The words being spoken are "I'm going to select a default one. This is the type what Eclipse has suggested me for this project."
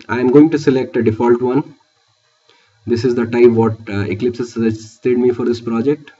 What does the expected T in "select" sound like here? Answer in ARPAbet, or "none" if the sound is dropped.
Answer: T